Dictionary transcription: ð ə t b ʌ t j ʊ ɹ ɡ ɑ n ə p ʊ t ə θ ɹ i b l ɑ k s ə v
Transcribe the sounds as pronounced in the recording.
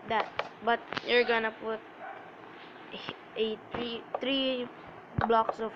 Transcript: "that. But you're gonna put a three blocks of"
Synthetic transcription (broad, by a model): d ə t b ʌ t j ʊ ɹ ɡ ɑ n ə p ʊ t ə t ɹ i b l ɑ k s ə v